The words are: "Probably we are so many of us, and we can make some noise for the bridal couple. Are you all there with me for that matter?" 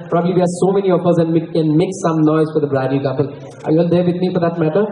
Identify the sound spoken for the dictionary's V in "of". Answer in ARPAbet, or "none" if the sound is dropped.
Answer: F